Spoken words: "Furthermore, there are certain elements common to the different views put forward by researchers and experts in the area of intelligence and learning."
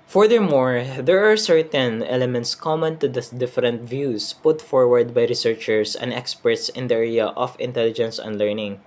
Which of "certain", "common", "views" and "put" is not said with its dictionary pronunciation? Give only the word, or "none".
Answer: views